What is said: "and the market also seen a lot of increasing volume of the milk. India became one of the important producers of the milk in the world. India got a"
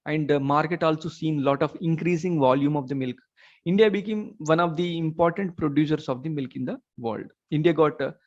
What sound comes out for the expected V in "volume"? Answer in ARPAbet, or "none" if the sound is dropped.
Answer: V